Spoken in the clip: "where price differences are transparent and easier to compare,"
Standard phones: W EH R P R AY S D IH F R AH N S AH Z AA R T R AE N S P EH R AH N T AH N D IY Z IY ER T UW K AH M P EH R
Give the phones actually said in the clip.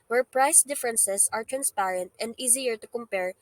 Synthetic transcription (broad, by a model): W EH R P R AY S D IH F R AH N S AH S AA R T R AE N S P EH R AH N T AH N D IY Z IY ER T UW K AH M P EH R